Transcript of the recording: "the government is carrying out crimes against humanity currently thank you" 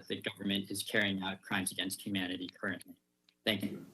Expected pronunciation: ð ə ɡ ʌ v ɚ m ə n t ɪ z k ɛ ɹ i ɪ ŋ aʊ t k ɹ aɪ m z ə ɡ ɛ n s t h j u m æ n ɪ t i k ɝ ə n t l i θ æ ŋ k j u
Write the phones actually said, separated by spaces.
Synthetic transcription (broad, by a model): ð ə ɡ ʌ v ɚ m ə n t ɪ z k ɛ ɹ i ɪ ŋ aʊ t k ɹ aɪ m z ə ɡ ɛ n s t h j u m æ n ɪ t i k ɝ ə n t l i θ æ ŋ k j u